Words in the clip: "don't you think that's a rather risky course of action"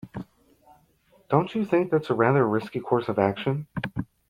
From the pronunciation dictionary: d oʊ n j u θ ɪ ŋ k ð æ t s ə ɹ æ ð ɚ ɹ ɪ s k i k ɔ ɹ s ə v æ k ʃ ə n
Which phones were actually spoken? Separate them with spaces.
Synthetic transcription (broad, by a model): d oʊ n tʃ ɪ θ ɪ ŋ k ð æ t s ə ɹ æ ð ɚ ɹ ɪ s k i k ɔ ɹ s ə v æ k ʃ ə n